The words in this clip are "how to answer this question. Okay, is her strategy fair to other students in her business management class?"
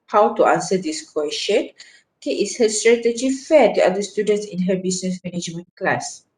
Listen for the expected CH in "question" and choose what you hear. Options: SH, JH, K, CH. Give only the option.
SH